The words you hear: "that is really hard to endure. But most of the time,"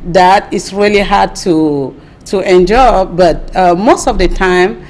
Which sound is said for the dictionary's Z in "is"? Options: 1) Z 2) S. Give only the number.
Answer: 2